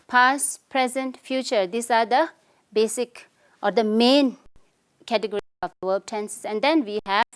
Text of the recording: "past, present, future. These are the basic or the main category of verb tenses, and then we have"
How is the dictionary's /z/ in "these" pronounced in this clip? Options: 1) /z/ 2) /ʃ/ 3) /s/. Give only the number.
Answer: 3